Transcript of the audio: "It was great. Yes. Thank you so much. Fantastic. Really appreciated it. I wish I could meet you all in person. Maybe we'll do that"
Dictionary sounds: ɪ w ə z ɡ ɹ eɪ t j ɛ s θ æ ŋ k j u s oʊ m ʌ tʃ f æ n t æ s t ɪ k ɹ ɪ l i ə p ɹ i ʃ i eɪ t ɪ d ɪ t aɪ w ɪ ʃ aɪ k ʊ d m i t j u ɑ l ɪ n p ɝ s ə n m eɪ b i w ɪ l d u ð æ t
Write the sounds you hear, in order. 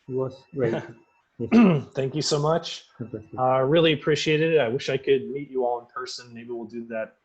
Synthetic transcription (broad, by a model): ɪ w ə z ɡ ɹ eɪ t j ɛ θ æ ŋ k j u s oʊ m ʌ tʃ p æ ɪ ɹ ɪ l i ə p ɹ i ʃ i eɪ t ɪ d ɪ t aɪ w ɪ ʃ aɪ k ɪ d m i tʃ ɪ ɑ l ɪ n p ɝ s ə n m eɪ b i w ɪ l d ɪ ð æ t